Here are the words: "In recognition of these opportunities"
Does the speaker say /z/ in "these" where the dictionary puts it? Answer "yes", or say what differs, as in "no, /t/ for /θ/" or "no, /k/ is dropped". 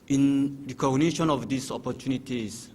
no, /s/ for /z/